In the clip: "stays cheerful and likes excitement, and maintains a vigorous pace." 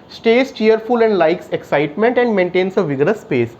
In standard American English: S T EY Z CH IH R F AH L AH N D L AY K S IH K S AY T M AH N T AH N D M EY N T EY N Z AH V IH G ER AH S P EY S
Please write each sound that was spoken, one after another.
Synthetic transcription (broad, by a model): S T EY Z CH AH R F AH L AH N D L AY K S IH K S AY T M AH N T AH N D M EY N T EY N S AH V IH G ER AH S P EY S